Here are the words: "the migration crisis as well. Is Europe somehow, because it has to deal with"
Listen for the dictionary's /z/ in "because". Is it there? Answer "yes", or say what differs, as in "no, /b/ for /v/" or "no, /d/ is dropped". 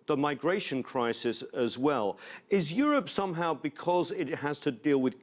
yes